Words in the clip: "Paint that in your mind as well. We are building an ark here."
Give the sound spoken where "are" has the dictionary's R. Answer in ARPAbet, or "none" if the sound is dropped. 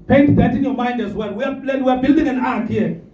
W